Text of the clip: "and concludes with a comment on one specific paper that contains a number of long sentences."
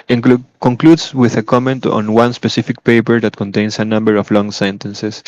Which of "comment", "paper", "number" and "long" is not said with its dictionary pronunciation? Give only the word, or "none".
none